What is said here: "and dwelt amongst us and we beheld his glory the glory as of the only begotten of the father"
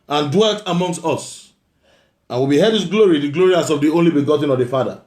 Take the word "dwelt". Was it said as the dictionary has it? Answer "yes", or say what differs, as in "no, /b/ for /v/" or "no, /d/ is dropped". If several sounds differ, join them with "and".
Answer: yes